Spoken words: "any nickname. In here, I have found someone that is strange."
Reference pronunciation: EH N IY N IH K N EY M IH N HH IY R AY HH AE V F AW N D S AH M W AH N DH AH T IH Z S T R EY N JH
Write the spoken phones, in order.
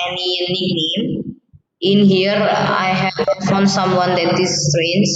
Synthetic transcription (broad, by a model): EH N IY N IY N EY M IH N HH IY R AY HH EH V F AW N S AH M W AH N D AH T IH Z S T R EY N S